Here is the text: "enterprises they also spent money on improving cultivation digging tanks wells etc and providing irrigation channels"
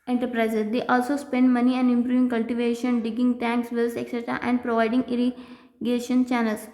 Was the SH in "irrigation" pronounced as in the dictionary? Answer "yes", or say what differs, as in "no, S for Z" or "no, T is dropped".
yes